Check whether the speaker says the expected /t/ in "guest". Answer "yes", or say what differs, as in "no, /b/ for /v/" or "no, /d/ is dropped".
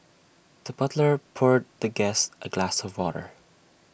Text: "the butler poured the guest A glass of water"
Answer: yes